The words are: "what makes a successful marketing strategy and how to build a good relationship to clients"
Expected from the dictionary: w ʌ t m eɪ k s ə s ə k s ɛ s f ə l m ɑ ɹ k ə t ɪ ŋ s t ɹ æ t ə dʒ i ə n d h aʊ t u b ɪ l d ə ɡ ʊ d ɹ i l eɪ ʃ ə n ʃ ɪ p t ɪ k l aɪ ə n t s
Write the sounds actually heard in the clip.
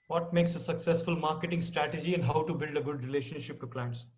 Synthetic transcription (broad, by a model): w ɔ t m eɪ k s ə s ə k s ɛ s f ə l m ɑ ɹ k ə t ɪ ŋ s t ɹ æ t ə dʒ i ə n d h aʊ t u b ɪ l d ə ɡ ʊ d ɹ i l eɪ ʃ ə n ʃ ɪ p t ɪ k l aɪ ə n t s